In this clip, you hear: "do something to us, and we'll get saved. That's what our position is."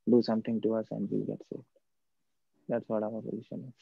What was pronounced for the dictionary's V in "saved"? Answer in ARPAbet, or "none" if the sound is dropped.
none